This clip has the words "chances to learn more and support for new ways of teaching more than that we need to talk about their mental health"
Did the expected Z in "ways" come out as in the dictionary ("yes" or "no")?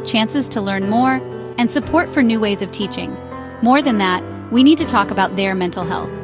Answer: yes